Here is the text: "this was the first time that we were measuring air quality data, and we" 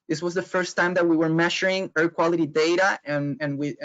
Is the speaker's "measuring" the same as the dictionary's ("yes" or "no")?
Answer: no